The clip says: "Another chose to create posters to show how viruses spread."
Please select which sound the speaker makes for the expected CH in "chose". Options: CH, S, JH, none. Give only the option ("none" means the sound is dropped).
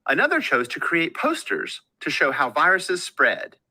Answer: CH